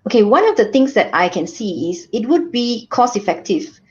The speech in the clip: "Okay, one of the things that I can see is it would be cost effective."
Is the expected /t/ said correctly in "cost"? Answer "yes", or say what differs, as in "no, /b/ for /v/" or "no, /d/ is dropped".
no, /t/ is dropped